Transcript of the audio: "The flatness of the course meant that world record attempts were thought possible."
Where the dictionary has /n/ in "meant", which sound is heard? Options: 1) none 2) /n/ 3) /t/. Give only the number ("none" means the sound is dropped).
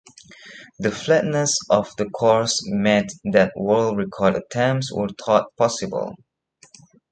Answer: 1